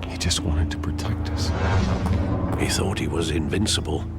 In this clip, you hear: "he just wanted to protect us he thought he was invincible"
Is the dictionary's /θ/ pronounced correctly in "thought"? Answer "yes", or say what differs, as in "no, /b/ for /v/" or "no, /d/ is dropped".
yes